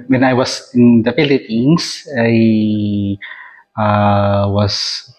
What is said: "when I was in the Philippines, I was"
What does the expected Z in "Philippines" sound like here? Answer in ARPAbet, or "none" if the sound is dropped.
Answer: S